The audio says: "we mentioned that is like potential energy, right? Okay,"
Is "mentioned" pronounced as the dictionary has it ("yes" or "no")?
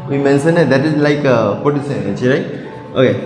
no